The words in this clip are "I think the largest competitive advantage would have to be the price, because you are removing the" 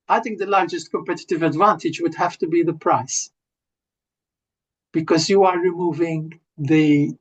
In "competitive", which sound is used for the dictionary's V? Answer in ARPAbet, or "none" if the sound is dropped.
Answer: V